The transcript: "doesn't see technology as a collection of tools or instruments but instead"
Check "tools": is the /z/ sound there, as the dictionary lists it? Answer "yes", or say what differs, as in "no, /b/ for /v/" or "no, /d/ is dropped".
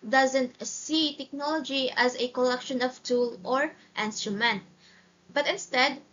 no, /z/ is dropped